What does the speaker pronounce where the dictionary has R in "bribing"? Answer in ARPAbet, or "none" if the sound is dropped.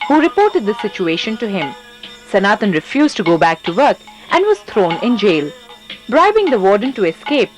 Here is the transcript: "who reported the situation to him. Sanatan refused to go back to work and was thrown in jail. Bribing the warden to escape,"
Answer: R